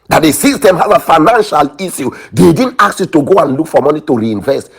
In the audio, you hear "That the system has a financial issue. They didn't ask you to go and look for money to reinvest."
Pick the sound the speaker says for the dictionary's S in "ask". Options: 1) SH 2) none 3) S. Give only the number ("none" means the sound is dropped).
2